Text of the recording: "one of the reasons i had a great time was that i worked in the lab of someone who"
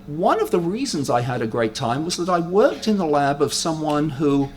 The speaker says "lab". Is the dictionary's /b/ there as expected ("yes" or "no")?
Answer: yes